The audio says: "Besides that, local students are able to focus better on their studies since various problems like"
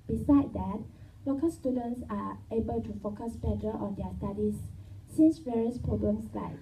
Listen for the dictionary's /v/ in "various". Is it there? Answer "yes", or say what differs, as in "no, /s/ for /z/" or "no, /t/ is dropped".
yes